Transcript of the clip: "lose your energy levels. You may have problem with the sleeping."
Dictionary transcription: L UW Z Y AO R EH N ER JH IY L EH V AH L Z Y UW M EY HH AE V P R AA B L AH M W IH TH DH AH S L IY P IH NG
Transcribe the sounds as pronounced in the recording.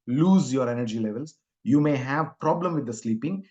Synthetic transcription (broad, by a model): L UW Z Y AO R EH N ER JH IY L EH V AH L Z Y UW M EY HH AE V P R AA B L AH M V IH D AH S L IY P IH NG